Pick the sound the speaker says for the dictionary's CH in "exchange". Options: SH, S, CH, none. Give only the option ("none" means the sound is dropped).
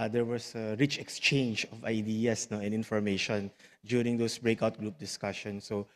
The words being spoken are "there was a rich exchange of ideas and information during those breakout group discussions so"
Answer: CH